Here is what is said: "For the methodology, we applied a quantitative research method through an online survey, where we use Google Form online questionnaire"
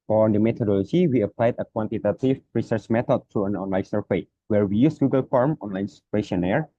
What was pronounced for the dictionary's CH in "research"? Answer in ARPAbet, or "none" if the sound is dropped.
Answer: CH